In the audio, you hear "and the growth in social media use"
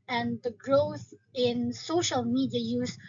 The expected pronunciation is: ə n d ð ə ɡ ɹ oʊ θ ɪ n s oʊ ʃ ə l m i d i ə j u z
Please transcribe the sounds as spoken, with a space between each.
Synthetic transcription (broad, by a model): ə n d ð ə ɡ ɹ oʊ θ ɪ n s oʊ ʃ ə l m i d i ə j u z